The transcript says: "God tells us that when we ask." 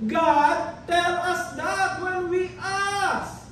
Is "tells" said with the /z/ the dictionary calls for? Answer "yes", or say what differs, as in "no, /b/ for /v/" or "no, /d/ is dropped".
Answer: no, /z/ is dropped